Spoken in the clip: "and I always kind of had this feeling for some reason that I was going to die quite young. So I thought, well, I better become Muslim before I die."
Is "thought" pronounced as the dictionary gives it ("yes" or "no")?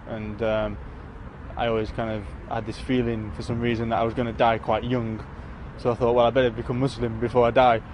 yes